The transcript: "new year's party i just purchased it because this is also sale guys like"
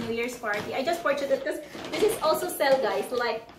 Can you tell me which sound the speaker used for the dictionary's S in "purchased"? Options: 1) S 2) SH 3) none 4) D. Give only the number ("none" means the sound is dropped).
3